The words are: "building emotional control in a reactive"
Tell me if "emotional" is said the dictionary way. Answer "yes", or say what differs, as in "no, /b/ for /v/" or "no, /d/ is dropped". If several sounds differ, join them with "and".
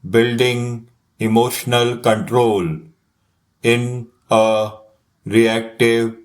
yes